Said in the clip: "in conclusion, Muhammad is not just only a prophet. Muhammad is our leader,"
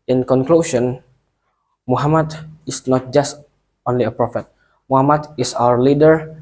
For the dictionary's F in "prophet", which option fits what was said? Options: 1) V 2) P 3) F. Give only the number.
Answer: 3